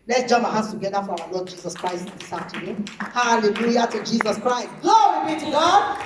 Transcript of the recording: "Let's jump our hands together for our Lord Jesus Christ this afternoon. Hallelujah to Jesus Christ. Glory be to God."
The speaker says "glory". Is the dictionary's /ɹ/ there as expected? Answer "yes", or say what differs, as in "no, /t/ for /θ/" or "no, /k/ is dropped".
no, /w/ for /ɹ/